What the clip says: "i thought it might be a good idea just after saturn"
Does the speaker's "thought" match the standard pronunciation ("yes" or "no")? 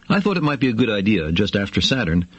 yes